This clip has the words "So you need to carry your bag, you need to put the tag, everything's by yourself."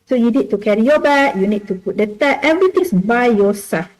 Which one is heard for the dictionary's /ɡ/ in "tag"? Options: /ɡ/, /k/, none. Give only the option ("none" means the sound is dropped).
none